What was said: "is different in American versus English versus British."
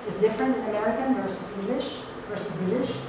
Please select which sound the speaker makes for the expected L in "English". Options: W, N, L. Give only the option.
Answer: L